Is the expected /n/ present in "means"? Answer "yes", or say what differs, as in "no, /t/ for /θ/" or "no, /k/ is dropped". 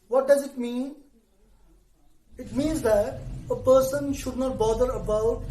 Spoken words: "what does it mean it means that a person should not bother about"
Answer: yes